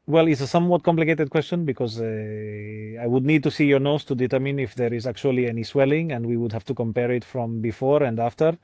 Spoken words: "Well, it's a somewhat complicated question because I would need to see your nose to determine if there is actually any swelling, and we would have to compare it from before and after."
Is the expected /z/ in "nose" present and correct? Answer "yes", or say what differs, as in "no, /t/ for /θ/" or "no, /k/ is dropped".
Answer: no, /s/ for /z/